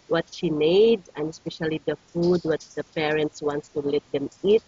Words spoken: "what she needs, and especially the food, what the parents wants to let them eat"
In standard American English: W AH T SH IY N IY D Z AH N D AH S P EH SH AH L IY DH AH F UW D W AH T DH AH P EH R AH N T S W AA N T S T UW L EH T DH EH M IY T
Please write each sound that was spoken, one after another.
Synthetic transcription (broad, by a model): W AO T SH IY N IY D AH N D AH S P EH SH AH L IY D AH F UW D W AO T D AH P EH R AH N T S W AA N T S T UW L EH T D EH M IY T